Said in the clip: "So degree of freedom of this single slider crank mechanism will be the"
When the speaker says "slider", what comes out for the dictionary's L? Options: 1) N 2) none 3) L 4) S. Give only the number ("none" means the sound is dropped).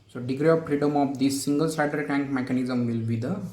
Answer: 2